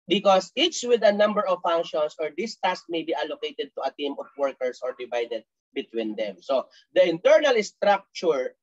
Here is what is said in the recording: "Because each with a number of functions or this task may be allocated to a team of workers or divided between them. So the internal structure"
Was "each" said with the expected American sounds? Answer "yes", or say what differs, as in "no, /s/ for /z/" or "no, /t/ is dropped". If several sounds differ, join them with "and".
no, /s/ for /tʃ/